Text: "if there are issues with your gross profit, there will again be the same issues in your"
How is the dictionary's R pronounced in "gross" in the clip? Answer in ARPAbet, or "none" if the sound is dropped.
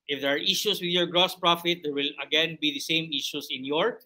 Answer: R